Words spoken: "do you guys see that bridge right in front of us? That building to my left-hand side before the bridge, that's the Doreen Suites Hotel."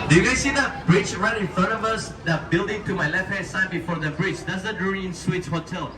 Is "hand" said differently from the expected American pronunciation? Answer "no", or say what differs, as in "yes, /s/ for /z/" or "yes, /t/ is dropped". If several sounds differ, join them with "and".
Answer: yes, /n/ is dropped